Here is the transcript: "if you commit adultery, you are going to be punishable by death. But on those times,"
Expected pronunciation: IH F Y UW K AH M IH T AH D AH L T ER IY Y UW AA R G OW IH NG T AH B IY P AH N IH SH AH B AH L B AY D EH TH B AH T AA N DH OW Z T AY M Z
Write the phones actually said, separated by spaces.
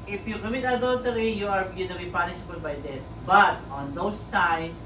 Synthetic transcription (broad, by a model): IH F Y UW K AH M IH T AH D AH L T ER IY Y UW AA R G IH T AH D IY P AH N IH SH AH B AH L B AY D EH T B AH T AA N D OW S T AY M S